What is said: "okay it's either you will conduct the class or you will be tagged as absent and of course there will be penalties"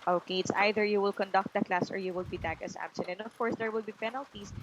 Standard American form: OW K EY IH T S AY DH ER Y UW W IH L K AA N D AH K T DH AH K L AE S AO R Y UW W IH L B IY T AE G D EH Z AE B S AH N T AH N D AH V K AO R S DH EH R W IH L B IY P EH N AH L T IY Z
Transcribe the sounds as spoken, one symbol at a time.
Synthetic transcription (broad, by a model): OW K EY IH T S AY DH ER Y UW W IH L K AA N D AH K T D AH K L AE S AO R Y UW W IH L B IY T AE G EH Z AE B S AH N AH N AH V K AO R S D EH R W IH L B IY P EH N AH L T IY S